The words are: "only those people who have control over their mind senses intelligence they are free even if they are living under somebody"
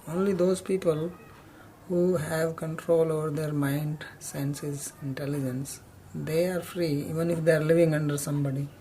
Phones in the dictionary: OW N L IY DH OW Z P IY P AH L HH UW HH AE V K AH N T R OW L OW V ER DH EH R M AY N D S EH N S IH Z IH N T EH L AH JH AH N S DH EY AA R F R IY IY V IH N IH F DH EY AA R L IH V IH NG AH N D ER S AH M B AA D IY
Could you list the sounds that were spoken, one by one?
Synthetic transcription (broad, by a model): OW N L IY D OW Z P IY P AH L HH UW HH AE V K AH N T R OW L OW V ER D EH R M AY N D S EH N S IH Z IH N T EH L AH JH AH N S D EY AA R F R IY IY V IH N IH F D EY AA R L IH V IH NG AH N D ER S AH M B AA D IY